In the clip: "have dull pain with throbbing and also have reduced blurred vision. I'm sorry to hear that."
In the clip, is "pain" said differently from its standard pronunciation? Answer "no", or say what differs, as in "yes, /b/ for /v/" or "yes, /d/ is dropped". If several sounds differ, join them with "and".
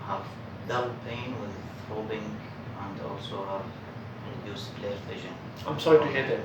no